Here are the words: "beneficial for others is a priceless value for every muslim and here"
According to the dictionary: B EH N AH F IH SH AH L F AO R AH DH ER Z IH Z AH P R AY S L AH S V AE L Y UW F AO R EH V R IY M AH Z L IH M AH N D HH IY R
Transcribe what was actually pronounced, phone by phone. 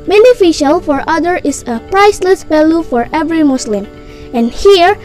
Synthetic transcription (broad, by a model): B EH N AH F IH SH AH L F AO R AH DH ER IH S AH P R AY S L AH S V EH L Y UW F AO R EH V R IY M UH S L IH M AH N HH IY R